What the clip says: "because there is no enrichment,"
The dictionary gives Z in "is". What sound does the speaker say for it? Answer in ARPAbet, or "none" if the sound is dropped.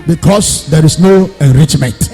S